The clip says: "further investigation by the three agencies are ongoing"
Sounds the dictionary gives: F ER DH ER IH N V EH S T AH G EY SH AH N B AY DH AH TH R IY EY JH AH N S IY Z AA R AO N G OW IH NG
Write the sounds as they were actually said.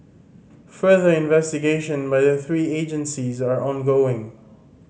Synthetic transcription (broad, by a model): F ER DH ER IH N V EH S T AH G EY SH AH N B AY DH AH TH R IY EY JH AH N S IY Z AA R AO N G OW IH NG